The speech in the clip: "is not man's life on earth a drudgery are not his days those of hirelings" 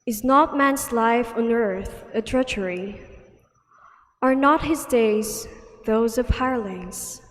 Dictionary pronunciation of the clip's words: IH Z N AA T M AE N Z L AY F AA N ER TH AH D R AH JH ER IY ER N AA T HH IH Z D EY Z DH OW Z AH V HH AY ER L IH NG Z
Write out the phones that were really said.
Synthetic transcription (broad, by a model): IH Z N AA T M AE N Z L AY F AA N ER TH AH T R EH CH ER IY ER N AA T HH IH Z D EY Z DH OW Z AH V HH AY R L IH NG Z